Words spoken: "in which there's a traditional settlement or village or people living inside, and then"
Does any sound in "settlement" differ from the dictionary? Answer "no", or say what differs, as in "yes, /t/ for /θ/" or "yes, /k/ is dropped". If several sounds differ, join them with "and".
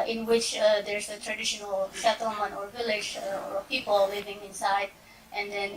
yes, /ʃ/ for /s/ and /l/ is dropped and /t/ is dropped